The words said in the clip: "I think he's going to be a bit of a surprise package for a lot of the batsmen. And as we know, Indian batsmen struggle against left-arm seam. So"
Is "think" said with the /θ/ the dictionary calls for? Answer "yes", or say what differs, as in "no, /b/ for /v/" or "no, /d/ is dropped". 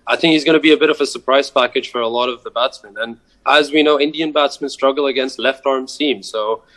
yes